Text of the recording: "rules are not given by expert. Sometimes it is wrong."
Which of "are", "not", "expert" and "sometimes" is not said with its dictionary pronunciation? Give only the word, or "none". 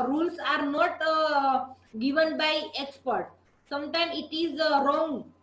sometimes